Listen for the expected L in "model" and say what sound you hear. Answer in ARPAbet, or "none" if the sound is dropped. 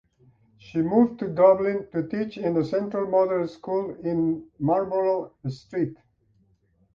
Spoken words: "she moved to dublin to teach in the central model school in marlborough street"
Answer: N